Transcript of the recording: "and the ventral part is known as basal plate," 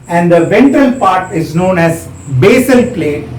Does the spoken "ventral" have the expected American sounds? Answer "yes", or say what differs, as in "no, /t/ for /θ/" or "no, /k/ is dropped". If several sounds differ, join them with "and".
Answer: no, /ɹ/ is dropped